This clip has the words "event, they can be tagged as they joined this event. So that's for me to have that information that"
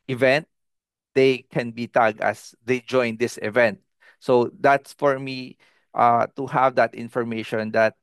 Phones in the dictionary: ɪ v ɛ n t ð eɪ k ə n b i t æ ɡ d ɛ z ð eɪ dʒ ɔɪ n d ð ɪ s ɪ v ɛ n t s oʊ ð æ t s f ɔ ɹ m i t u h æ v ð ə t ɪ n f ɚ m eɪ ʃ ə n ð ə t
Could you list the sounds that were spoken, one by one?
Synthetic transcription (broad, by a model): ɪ v ɛ n t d eɪ k ə n b i t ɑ ɡ ɛ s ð eɪ dʒ ɔɪ n d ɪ s ɪ v ɛ n t s oʊ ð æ t s f ɔ ɹ m i t u h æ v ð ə t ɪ n f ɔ m eɪ ʃ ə n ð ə t